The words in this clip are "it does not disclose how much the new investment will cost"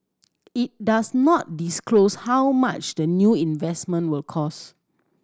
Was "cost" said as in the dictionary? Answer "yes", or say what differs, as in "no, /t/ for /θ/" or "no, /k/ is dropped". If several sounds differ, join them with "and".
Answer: no, /t/ is dropped